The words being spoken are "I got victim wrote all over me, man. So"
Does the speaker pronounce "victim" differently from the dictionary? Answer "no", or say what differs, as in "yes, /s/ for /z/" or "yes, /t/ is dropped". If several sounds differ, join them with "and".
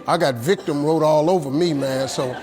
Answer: no